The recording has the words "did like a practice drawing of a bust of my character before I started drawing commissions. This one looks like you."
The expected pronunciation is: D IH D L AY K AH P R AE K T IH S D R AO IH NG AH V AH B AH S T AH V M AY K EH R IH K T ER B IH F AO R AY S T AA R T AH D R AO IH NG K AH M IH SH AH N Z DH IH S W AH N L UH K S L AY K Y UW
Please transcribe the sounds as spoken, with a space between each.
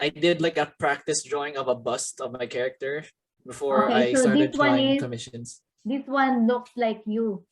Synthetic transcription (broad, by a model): D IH D L AY K AH P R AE K T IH S D R AO IH NG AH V AH B AH S T AH V M AY K EH R IH K T ER B IH F AO R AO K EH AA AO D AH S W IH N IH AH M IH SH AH N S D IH S W AH N L UH K S L AY K Y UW